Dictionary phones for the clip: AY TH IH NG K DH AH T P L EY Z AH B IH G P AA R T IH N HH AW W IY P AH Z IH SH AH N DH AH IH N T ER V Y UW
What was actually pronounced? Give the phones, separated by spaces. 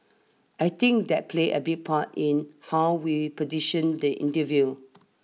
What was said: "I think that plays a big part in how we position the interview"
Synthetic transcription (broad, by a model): AY T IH NG K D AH T P L EY AH B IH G P AA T IH N HH AW W IY P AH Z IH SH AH N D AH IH N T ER V Y UW